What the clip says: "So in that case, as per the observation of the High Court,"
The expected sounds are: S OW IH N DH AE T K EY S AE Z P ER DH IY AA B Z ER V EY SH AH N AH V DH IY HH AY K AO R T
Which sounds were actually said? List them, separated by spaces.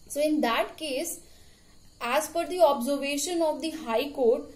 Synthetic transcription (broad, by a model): S OW IH N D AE T K EY S AE Z F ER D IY AA B Z ER V EY SH AH N AH V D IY HH AY K AO R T